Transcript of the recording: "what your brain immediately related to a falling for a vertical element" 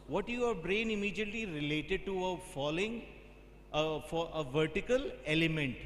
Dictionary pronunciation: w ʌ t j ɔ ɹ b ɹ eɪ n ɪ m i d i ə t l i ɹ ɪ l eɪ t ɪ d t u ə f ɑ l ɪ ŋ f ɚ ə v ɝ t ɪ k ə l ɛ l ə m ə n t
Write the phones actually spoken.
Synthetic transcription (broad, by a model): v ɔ t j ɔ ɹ b ɹ eɪ n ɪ m i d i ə t l i ɹ ɪ l eɪ t ɪ d t u ə f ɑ l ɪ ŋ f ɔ ə v ɝ t ɪ k ə l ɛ l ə m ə n t